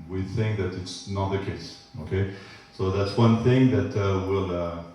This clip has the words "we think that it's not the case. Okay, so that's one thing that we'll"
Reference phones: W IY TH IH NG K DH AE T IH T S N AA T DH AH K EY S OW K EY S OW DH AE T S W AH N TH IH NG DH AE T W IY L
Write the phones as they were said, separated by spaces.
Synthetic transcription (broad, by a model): W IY TH IH NG K DH AE T IH T S N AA T DH AH K EY S OW K EY S OW DH AE T S W AH N TH IH NG DH AE T W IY L